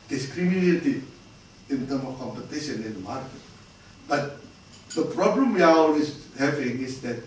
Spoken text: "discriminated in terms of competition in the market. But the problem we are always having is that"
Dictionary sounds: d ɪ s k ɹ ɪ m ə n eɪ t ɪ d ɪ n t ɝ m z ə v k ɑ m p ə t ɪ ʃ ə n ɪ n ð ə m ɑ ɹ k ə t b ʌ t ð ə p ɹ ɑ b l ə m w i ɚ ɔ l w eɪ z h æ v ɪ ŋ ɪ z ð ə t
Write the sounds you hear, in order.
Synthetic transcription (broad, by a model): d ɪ s k ɹ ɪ m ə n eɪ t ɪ ɪ n t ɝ m ə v k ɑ m p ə t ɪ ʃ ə n ɪ n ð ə m ɑ ɹ k ə t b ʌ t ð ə p ɹ ɑ b l ə m w i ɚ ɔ l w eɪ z h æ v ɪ ŋ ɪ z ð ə t